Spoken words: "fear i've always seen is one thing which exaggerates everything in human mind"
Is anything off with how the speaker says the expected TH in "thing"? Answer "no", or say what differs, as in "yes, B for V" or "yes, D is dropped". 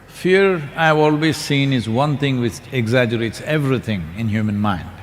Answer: yes, T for TH